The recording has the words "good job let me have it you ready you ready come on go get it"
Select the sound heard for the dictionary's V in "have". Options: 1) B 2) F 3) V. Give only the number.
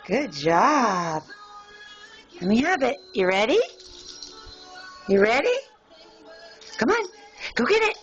1